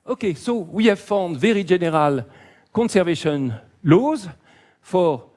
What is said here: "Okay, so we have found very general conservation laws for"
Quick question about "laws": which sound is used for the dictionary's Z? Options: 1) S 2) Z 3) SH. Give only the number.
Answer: 2